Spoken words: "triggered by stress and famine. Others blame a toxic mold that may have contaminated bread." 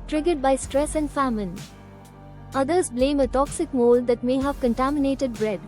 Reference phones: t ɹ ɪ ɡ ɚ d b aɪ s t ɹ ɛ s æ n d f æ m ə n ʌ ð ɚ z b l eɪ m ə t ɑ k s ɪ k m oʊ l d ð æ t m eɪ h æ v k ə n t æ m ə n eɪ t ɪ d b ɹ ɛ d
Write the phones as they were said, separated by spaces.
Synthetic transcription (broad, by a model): t ɹ ɪ ɡ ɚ d b aɪ s t ɹ ɛ s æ n d f æ m ə n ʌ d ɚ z b l eɪ m ə t ɑ k s ɪ k m oʊ l d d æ t m eɪ h æ v k ə n t æ m ə n eɪ t ɪ d b ɹ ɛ d